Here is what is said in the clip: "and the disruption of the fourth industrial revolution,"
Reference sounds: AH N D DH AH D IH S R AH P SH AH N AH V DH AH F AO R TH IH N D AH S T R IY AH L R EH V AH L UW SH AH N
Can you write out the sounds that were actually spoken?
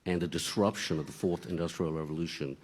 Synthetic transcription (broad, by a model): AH N DH AH D IH S R AH P SH AH N AH V DH AH F AO R TH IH N D AH S T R IY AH L R EH V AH L UW SH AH N